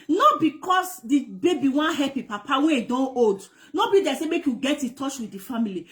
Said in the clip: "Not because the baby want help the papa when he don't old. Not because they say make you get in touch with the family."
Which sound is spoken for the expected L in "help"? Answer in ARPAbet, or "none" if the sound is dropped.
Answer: none